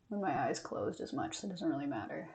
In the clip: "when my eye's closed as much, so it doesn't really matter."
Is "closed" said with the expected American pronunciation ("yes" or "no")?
yes